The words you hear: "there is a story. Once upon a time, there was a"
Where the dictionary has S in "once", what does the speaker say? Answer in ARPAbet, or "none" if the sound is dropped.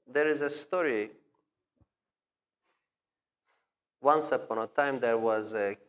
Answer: S